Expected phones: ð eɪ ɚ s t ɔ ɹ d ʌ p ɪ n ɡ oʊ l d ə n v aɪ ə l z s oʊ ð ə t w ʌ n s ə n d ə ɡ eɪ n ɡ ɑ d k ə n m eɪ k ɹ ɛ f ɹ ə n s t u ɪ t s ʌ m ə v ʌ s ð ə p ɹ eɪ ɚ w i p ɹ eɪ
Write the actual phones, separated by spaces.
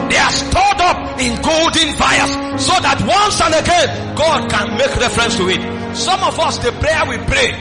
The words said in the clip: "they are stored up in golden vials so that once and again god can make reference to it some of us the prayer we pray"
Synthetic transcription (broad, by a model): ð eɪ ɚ s t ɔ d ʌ p ɪ n ɡ oʊ l d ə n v aɪ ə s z s oʊ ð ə t w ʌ n s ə n ə ɡ eɪ n ɡ ɑ d k ə n m eɪ k ɹ ɛ f ɹ ə n s t u ɪ t s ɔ m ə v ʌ s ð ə p ɹ eɪ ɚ w i p ɹ eɪ